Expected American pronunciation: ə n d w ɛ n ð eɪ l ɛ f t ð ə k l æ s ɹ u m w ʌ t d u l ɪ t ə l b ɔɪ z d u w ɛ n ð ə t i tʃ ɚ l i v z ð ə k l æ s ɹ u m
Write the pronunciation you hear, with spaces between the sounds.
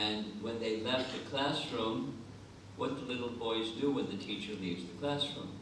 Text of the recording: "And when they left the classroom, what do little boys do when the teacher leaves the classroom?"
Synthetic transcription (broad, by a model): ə n w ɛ n ð eɪ l ɛ f t ð ə k l æ s ɹ u m w ʌ t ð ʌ l ɪ t l b ɔɪ z d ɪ w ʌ n ð ə t i tʃ ɚ l i v z ð ə k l æ s ɹ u m